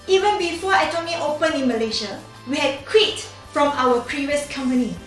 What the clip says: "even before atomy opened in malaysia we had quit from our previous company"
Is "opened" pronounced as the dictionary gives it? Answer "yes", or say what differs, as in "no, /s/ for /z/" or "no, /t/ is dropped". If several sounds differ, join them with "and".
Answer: no, /d/ is dropped